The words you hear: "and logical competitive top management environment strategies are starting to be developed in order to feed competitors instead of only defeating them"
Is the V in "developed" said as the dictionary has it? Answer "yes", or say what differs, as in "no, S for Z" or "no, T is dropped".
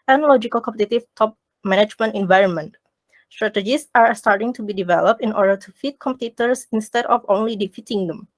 yes